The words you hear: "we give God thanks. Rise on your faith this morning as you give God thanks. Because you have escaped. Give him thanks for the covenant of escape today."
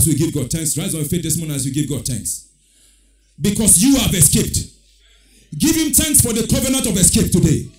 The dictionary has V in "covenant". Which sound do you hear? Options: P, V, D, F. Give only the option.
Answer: V